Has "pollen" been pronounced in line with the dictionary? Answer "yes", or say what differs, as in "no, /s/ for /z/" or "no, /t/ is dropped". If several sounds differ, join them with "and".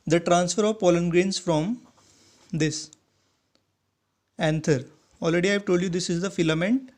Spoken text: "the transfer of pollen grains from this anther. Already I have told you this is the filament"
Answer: yes